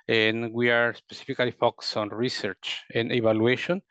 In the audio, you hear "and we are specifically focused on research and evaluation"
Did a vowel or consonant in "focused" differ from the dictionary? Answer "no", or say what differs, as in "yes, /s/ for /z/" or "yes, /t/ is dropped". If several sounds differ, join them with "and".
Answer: yes, /t/ is dropped